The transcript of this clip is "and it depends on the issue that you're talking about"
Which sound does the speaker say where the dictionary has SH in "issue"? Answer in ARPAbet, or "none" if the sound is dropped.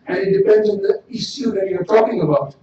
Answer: S